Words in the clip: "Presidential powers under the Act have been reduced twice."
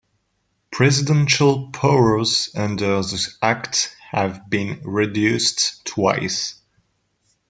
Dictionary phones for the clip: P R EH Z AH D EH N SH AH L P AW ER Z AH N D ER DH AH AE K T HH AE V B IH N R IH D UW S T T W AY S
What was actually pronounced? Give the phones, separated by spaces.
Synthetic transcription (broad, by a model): P R EH Z AH D EH N SH AH L P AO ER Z AH N D ER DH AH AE K T HH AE V B IH N R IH D UW S T T W AY S